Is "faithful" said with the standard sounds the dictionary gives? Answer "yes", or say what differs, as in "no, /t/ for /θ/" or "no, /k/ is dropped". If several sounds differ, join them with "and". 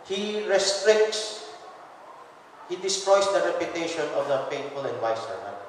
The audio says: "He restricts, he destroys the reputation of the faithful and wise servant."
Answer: no, /t/ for /θ/